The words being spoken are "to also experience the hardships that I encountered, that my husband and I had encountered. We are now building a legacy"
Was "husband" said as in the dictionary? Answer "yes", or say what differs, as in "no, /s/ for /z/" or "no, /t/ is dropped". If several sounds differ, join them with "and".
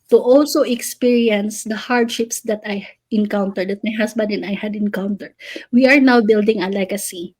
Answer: no, /s/ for /z/